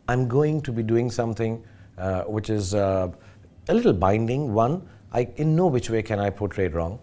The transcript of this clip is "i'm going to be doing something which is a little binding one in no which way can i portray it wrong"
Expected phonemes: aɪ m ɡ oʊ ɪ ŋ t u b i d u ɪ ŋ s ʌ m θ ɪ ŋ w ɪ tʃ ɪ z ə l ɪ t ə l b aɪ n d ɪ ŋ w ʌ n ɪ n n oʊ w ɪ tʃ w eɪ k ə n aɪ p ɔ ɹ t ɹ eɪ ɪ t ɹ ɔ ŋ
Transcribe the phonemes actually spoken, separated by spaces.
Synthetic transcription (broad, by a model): aɪ m ɡ oʊ ɪ ŋ t u b i d u ɪ ŋ s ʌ m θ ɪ ŋ w ɪ tʃ ɪ z ə l ɪ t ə l b aɪ n d ɪ ŋ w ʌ n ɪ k n oʊ w ɪ tʃ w eɪ k ə n aɪ p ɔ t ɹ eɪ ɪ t ɹ ɔ ŋ